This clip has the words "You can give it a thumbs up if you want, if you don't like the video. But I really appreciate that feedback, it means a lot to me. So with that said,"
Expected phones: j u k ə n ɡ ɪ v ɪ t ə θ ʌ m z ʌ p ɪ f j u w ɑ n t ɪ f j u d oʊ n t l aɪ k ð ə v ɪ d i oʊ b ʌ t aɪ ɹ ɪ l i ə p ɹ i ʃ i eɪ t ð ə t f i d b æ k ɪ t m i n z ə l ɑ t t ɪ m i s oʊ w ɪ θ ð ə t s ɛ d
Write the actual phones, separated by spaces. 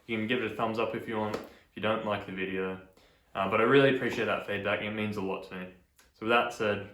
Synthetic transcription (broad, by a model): j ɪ k ə n ɡ ɪ v ɪ t ə θ ʌ m z ʌ p ɪ f j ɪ w ɑ n t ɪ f j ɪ d oʊ n t l aɪ k ð ə v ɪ d i oʊ b ʌ t aɪ ɹ ɪ l i ə p ɹ i ʃ i eɪ t ð ə t f i d b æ k ɪ t m i n z ə l ɑ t t ɪ m i s oʊ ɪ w ð ə t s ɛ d